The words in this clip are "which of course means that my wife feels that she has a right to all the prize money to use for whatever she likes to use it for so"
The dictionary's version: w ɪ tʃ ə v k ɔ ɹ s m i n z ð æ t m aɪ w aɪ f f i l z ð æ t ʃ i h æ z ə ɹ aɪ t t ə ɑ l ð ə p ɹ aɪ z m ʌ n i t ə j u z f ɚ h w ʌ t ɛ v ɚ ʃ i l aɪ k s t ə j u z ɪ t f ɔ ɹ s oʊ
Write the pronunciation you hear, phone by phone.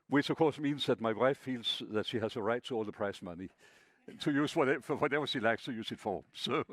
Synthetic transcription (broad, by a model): w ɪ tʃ ə v k ɔ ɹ s m i n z ð æ t m aɪ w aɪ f f i l z ð æ t ʃ i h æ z ə ɹ aɪ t t ə ɑ l ð ə p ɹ aɪ s m ʌ n i t ə j u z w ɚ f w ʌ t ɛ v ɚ ʃ i l aɪ k s t ə j u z ɪ t f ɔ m s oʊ